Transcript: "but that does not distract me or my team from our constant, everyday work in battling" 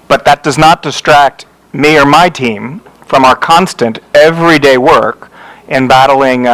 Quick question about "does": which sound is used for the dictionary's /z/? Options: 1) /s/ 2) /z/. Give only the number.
2